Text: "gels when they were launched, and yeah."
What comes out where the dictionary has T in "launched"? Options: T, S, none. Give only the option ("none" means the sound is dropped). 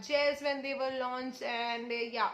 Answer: none